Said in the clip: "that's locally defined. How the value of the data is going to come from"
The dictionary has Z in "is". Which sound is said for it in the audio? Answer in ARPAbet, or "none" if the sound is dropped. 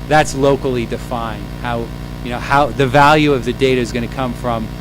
Z